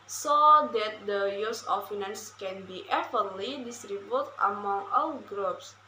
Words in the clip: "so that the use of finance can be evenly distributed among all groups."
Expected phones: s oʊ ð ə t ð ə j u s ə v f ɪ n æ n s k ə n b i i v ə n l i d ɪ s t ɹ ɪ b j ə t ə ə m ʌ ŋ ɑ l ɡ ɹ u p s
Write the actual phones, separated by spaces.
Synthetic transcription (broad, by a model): s oʊ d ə t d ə j u s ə f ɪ n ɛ n s k ə n b i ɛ f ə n l i d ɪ s t ɹ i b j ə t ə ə m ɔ ŋ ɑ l ɡ ɹ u p s